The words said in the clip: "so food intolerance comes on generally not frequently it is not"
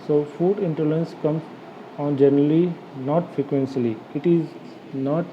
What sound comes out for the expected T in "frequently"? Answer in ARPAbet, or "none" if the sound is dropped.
S